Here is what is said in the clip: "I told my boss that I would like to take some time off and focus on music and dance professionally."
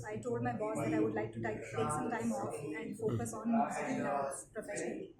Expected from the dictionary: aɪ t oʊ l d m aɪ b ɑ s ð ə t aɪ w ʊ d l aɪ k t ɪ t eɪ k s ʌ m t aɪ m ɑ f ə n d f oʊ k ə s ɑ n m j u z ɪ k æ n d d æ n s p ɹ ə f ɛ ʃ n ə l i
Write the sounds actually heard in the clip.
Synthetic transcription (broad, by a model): aɪ t oʊ l d m aɪ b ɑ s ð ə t aɪ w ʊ d l aɪ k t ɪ t eɪ k s ʌ m t aɪ m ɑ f ə n d f oʊ k ə s ɑ n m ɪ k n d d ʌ s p ɹ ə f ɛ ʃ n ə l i